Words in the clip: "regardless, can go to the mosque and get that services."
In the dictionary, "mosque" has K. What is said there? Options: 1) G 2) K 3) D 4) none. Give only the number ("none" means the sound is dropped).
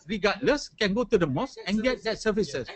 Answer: 4